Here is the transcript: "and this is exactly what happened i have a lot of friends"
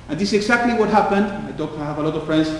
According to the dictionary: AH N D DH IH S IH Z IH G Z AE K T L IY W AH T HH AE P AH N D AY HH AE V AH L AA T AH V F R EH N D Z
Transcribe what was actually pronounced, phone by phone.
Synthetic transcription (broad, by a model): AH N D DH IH S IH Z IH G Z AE K T L IY W AH T HH AE P AH N D AY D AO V AH L AA T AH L F R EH N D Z